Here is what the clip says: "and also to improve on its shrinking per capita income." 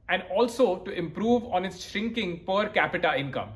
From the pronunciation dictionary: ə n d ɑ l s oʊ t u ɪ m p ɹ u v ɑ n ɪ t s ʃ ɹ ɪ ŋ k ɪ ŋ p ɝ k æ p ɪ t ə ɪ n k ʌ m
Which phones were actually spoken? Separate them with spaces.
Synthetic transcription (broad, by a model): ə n d ɑ l s oʊ t u ɪ m p ɹ u v ɑ n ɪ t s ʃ ɹ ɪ ŋ k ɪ ŋ p ɝ k æ p ɪ t ə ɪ n k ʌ m